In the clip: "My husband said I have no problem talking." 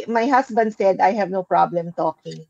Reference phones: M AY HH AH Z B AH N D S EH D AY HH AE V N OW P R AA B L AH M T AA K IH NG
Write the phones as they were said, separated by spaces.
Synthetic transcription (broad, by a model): M AY HH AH S B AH N D S EH D AY HH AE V N OW P R AA B L AH M T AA K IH NG